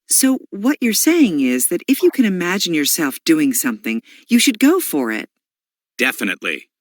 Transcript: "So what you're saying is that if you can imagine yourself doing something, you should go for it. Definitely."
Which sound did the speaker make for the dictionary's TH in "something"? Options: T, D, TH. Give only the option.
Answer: TH